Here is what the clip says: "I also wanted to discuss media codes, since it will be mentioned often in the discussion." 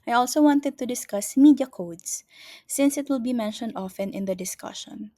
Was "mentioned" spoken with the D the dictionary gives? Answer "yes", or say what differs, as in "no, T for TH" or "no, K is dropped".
yes